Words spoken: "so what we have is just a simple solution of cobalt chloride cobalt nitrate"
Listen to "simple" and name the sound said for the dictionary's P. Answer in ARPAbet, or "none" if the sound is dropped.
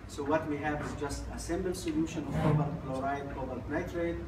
B